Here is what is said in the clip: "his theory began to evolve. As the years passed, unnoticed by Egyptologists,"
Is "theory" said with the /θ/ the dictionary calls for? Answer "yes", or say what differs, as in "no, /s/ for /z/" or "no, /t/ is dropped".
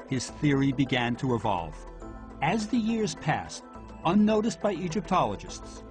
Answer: yes